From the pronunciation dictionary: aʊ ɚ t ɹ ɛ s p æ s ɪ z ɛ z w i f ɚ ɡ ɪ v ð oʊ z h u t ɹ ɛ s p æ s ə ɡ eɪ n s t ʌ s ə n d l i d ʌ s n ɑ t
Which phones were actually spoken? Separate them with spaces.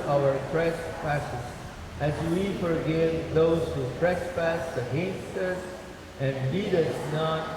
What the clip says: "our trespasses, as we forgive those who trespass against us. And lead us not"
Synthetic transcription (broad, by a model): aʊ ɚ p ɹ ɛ s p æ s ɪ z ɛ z w i f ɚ ɡ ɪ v ð oʊ z h u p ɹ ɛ s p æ s ə ɡ eɪ n s t ʌ s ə n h i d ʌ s n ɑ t